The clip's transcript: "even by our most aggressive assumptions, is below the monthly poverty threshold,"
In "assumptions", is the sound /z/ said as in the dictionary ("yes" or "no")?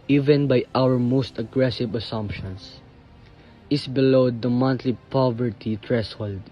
no